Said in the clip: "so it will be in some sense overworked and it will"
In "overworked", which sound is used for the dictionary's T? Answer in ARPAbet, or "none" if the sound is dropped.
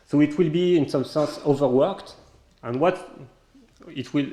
T